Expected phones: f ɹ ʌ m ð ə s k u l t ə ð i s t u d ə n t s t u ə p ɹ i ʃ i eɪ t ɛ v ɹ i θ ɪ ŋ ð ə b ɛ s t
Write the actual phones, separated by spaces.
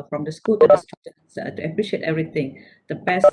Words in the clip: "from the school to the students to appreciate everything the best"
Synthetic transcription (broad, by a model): f ɹ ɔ m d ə s k u l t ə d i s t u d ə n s t u ə p ɹ i ʃ i eɪ t ɛ v ɹ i t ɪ ŋ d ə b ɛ s